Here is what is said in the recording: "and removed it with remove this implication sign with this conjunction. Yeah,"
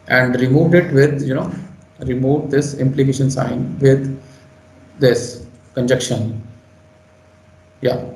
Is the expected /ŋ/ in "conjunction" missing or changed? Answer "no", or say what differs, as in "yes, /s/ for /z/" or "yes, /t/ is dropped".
yes, /ŋ/ is dropped